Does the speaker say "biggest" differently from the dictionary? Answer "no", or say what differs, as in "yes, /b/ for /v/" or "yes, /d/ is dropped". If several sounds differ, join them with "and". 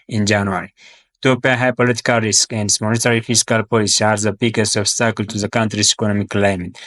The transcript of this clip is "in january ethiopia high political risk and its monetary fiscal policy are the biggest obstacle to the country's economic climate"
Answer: yes, /t/ is dropped